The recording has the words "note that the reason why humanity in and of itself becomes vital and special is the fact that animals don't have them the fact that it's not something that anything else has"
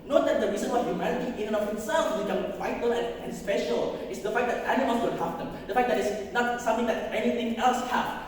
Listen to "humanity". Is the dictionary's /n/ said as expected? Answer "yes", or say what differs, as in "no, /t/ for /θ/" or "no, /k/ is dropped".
no, /l/ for /n/